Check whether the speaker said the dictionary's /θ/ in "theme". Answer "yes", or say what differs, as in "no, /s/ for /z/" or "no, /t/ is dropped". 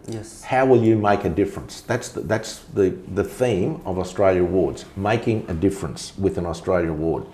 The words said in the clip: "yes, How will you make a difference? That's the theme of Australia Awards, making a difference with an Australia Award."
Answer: yes